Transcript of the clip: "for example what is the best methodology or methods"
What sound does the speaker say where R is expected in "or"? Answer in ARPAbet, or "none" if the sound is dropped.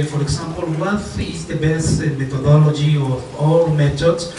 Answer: L